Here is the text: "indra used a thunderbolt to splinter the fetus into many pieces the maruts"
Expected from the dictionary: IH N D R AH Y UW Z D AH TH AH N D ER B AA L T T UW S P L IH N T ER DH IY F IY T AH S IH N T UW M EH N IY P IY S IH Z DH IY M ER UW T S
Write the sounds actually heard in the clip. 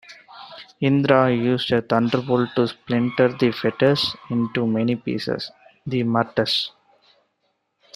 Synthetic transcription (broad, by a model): IH N D R AH Y UW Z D AH T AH N D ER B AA L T T UW S P L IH N T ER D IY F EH T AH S IH N T UW M EH N IY P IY S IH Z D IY M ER T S